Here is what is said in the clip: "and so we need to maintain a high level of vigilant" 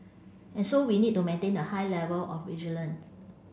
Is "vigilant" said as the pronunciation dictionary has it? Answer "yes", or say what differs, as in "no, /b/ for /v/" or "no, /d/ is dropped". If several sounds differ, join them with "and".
no, /t/ is dropped